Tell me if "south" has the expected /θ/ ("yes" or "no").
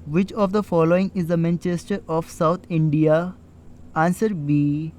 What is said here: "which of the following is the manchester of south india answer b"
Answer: no